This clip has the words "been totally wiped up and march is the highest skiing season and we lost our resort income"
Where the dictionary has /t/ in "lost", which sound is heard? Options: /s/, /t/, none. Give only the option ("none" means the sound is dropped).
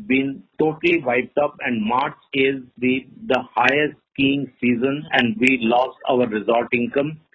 /t/